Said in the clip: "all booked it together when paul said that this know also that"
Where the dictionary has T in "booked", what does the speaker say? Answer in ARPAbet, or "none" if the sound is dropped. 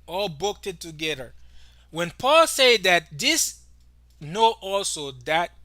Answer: T